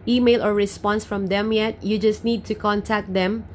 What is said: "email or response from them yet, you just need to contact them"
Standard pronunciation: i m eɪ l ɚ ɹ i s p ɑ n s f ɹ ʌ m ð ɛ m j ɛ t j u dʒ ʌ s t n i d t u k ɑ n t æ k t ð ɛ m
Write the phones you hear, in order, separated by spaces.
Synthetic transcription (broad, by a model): i m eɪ l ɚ ɹ i s p ɑ n s f ɹ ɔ m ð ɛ m j ɛ t j u dʒ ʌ s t n i d t u k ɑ n t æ k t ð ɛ m